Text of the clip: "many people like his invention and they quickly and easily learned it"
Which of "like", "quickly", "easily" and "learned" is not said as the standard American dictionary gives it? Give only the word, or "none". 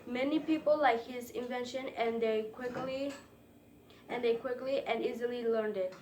none